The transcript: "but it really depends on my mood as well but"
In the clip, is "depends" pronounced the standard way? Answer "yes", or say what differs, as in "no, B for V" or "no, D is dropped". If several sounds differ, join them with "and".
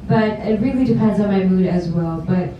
yes